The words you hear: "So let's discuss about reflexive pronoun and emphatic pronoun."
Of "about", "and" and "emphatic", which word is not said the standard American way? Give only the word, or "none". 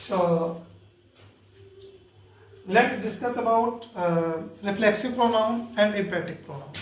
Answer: emphatic